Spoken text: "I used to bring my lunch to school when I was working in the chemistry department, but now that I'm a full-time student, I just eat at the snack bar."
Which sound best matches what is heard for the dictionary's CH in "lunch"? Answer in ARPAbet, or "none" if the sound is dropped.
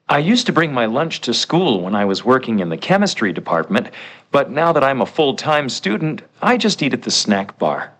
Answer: CH